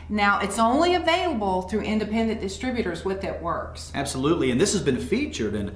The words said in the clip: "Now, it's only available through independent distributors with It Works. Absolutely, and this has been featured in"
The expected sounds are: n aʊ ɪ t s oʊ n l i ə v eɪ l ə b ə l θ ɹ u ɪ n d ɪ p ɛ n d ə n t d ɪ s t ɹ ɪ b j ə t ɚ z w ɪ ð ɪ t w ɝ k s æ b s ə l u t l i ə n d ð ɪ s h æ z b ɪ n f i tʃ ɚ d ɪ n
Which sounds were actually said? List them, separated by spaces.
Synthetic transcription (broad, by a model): n aʊ ɪ t s oʊ n l i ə v eɪ l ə b l θ ɹ u ɪ n d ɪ p ɛ n d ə n d ɪ s t ɹ ɪ b j ə t ɚ z w ɪ ð ɪ t w ɝ k s æ b s ə l u t l i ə n ð ɪ s h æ z b ɪ n f i tʃ ɚ d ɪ n